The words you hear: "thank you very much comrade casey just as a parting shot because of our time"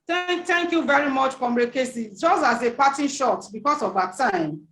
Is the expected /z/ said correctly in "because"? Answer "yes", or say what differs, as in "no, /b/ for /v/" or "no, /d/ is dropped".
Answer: no, /s/ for /z/